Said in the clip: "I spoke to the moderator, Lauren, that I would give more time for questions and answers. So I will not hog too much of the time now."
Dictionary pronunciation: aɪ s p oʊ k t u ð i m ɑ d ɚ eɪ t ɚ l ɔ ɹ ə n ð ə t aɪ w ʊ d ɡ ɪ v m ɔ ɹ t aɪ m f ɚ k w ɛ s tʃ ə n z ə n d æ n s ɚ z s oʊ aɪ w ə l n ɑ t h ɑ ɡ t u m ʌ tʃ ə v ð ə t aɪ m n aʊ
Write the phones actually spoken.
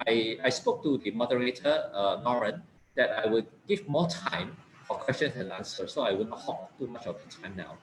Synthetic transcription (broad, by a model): aɪ s p oʊ k t u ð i m ɑ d ɚ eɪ t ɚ n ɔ ɹ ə n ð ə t aɪ w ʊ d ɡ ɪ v m ɔ t aɪ m f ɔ k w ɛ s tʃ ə n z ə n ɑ n s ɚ s oʊ aɪ w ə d n ɑ t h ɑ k t u m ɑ tʃ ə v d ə t aɪ m n aʊ